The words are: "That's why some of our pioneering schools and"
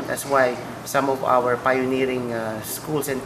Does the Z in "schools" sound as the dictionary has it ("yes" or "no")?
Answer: no